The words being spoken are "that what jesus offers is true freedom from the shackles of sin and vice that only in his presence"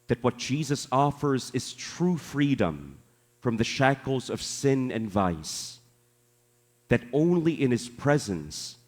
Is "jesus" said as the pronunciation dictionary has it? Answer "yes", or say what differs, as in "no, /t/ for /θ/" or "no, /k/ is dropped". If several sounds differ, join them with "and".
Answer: yes